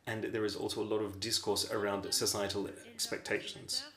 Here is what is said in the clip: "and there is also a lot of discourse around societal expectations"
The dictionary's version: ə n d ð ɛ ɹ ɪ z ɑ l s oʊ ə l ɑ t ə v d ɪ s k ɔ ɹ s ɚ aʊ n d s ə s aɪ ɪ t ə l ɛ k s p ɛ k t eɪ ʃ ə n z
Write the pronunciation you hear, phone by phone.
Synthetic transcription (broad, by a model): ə n ð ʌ ɹ ɪ z ɑ l s oʊ ə l ɑ t ə v d ɪ s k ɔ ɹ s ɚ aʊ n d s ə s aɪ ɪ t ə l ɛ k s p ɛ k t eɪ ʃ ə n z